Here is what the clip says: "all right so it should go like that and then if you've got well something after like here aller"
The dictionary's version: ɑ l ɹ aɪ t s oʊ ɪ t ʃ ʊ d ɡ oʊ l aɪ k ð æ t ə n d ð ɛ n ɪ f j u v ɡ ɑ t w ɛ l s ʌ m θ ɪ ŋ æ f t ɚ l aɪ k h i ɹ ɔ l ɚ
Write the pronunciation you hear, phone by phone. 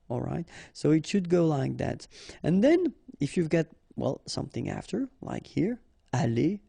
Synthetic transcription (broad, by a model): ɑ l ɹ aɪ t s oʊ ɪ t ʃ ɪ d ɡ oʊ l aɪ k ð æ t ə n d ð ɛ n ɪ f j u v ɡ ɑ t w ɛ l s ʌ m θ ɪ ŋ æ f t ɚ l aɪ k h i ɹ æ l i